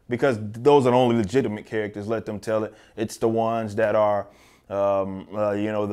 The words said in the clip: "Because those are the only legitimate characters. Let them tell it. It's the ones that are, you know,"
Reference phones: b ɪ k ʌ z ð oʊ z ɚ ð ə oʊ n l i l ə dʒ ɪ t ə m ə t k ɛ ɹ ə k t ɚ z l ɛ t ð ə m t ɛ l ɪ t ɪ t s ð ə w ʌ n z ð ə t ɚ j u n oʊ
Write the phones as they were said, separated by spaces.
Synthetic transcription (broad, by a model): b ɪ k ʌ z ð oʊ z ɚ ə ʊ n l i l ə dʒ ɪ t ə m ə t k ɛ ɹ ə k t ɚ z l ɛ t ð ə m t ɛ l ɪ t ɪ t s ð ə w ʌ n z ð ə t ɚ j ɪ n oʊ